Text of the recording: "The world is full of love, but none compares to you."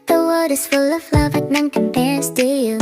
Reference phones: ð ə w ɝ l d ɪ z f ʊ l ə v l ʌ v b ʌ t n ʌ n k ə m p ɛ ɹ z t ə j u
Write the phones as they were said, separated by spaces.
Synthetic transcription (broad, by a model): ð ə w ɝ d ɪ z f ʊ l ə v l ʌ v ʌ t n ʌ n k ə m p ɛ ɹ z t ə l